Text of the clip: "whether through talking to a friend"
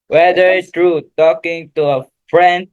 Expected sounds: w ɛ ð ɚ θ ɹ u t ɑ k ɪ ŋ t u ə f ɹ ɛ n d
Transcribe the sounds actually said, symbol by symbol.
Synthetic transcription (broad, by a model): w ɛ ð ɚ t ɹ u t ɑ k ɪ ŋ t u ə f ɹ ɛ n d